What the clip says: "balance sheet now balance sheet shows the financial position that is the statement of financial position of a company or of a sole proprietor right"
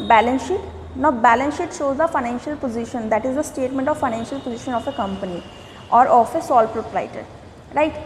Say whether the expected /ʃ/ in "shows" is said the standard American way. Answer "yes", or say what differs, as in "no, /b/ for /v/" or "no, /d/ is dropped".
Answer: yes